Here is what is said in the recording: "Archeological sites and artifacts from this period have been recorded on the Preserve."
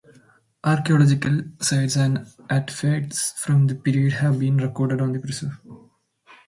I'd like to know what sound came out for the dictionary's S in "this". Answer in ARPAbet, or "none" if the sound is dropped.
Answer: none